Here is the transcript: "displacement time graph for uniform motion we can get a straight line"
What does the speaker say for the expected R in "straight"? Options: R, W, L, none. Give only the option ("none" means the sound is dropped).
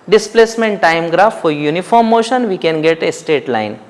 none